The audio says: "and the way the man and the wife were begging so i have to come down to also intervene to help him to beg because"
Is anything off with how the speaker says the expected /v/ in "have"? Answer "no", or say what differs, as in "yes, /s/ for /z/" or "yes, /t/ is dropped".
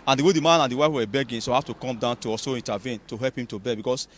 yes, /f/ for /v/